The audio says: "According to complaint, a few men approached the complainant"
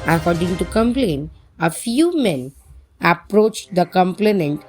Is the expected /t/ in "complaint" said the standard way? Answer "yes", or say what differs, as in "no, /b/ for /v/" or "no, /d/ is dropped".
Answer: no, /t/ is dropped